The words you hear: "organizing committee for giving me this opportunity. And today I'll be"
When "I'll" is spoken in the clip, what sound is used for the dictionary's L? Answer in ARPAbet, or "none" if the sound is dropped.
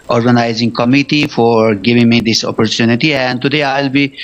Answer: L